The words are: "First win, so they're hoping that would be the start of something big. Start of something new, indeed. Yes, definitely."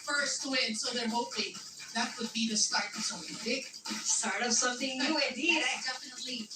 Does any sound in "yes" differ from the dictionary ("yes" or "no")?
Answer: yes